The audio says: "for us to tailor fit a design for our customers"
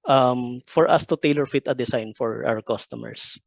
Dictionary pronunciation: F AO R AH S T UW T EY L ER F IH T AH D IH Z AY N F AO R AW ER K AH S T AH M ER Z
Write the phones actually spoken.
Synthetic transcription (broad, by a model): F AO R AH S T UW T EY L ER F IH T AH D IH S AY N F AO R AW ER K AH S T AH M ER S